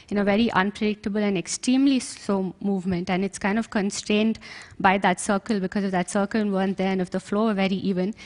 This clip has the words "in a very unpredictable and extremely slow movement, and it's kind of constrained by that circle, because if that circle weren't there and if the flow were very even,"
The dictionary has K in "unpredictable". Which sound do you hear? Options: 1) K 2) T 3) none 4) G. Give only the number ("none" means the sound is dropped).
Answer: 1